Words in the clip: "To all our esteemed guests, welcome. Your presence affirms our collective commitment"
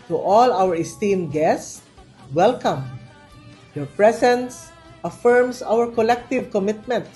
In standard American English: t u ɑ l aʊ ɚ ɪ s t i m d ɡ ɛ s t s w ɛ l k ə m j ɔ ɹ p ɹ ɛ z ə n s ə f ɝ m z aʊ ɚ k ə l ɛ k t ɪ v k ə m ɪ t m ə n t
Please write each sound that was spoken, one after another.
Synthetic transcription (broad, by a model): t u ɑ l aʊ ɚ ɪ s t i m ɡ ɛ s s w ɛ l k ə m j ɔ ɹ p ɹ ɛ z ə n s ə f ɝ m s aʊ ɚ k ə l ɛ k t ɪ v k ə m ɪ t m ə n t